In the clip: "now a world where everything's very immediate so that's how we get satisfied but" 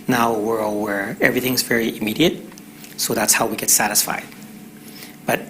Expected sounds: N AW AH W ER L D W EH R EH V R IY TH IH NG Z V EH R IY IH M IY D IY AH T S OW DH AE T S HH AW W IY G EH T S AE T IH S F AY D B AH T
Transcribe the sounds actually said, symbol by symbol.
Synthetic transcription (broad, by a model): N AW AH W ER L W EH R EH V R IY TH IH NG Z V EH R IY IH M IY D IY AH T S OW DH AE T S HH AW W IY G EH T S AE T IH S F AY D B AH T